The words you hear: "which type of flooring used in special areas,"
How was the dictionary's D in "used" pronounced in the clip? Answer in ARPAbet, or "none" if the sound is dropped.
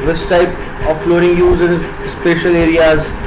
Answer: none